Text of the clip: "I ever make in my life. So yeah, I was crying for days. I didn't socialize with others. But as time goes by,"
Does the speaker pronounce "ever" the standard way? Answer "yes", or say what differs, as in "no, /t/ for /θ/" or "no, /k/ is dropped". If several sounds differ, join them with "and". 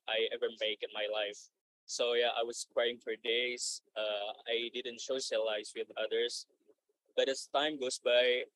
yes